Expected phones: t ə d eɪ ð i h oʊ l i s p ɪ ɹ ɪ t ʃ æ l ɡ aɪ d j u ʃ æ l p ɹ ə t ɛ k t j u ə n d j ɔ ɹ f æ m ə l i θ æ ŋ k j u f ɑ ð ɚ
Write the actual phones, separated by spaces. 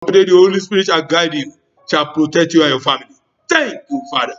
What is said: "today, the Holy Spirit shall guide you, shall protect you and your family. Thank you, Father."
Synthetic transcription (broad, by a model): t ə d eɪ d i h oʊ l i s p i ɹ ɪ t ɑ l ɡ aɪ d j u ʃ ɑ l p ɹ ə t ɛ k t j u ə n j ɔ f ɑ m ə l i t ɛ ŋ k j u f ɑ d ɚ